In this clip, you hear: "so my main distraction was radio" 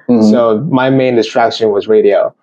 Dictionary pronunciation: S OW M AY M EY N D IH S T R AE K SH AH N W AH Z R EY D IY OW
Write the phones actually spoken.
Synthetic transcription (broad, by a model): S OW M AY M EY N D IH S T R AE K SH AH N W AH Z R EY D IY OW